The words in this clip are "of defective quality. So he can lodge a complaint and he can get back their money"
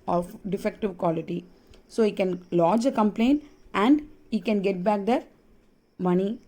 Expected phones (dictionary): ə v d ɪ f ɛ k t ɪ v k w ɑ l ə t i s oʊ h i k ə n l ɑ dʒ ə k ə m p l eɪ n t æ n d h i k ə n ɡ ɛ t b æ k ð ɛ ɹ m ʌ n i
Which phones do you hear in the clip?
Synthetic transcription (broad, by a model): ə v d ɪ f ɛ k t ɪ v k w ɑ l ə t i s oʊ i k ə n l ɑ dʒ ə k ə m p l eɪ n t æ n d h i k ə n ɡ ɛ t b æ k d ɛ ɹ m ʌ n i